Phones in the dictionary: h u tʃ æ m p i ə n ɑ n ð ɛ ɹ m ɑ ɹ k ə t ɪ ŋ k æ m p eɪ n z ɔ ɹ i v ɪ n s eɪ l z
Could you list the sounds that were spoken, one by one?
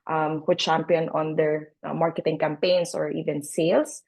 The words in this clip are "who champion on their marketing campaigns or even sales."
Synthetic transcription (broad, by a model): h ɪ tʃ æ m p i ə n ɑ n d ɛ ɹ m ɑ ɹ k ə t ɪ ŋ k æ m p eɪ n s ɔ ɹ i v ɪ n s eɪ l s